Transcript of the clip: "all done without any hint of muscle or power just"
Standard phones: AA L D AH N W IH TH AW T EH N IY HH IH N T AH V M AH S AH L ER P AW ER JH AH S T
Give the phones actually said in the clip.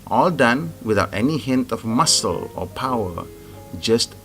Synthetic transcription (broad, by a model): AA L D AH N W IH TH AW T EH N IY HH IH N T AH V M AH S AH L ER P AW ER JH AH S T